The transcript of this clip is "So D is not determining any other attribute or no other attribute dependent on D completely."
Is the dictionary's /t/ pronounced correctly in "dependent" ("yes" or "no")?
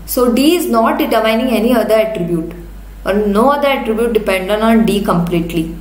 no